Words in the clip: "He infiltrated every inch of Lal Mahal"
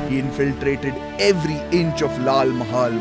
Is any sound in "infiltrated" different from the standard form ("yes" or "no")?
no